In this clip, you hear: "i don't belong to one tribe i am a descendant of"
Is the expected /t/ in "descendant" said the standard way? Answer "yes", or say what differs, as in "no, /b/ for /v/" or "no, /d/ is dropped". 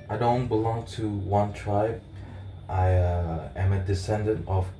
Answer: yes